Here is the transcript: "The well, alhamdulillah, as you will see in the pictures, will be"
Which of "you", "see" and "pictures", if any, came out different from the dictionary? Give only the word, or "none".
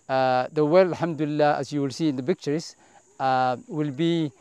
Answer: pictures